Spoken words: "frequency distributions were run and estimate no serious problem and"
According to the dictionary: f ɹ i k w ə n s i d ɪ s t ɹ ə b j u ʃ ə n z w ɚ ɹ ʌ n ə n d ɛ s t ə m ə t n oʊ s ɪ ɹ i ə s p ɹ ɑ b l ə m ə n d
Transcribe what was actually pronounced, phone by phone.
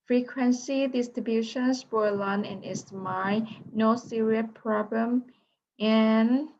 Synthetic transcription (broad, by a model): f ɹ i k w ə n s i d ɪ s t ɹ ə b j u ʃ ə n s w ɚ l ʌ n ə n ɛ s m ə ə n oʊ s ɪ ɹ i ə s p ɹ ɑ b l ə m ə n